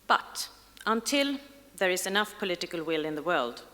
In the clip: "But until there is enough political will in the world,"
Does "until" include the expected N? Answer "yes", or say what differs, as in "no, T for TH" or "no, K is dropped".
yes